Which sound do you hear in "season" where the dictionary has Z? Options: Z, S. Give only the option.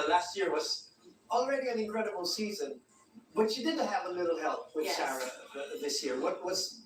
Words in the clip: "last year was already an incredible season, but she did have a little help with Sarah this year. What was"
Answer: Z